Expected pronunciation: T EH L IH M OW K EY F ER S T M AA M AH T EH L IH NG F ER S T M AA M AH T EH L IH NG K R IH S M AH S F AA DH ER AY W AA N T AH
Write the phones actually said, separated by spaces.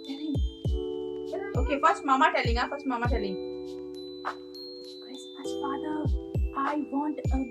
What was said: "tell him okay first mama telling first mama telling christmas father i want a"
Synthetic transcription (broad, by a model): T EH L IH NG OW K EY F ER S T M AA M AH T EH L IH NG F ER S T M AA M AH T EH L IH NG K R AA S AH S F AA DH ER AY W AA N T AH